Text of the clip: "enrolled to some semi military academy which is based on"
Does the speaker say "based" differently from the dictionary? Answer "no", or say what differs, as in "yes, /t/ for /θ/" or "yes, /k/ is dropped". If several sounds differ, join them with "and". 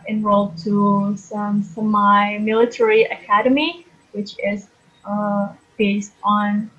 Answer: no